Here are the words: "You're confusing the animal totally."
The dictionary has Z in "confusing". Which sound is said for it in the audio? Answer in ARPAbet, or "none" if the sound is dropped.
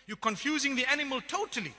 Z